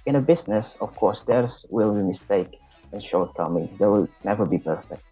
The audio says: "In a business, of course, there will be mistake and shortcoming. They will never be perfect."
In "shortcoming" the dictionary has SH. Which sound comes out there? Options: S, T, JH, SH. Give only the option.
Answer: SH